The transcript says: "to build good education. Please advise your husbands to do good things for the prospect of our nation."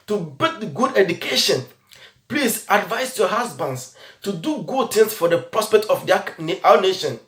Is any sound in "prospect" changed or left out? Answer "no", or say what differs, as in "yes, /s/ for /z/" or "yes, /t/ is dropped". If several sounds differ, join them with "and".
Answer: no